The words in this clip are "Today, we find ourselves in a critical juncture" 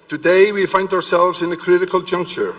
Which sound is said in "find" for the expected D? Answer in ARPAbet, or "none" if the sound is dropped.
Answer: D